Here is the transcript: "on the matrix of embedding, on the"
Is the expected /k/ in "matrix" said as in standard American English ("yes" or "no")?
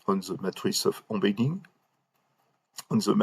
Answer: no